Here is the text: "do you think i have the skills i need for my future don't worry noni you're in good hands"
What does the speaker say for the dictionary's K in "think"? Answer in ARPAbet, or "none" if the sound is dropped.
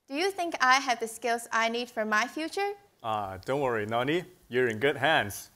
K